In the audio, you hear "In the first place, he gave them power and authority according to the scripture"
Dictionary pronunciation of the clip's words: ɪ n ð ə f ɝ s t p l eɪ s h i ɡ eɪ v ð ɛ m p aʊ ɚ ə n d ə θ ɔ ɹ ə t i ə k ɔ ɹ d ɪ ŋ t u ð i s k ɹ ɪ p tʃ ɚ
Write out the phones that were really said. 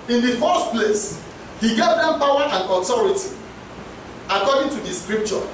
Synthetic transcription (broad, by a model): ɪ n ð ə f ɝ s t p l eɪ s h i ɡ eɪ v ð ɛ m p aʊ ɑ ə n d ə t ɔ ɹ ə t i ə k ɔ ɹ d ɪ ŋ t u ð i s k ɹ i p tʃ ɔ